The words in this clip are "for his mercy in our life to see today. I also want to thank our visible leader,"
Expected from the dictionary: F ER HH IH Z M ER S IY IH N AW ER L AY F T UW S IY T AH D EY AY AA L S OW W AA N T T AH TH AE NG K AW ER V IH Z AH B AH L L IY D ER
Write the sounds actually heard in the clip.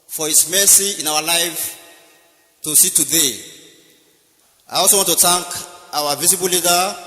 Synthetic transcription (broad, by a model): F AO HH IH S M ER S IY IH N AW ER L AY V T UW S IY T AH D EY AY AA W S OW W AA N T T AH T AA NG K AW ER V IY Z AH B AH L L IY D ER